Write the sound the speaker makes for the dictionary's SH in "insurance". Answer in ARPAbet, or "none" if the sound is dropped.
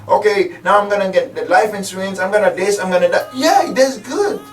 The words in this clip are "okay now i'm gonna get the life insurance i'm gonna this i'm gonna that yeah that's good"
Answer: S